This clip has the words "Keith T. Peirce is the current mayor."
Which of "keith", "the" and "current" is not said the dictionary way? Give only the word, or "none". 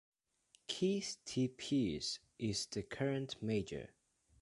keith